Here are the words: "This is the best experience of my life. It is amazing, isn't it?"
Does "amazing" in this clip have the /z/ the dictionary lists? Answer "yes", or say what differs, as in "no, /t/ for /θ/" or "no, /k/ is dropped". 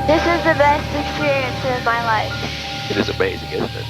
yes